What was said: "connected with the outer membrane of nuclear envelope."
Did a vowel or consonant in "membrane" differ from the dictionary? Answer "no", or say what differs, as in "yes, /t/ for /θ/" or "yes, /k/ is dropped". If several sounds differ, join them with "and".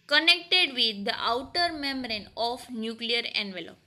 yes, /b/ is dropped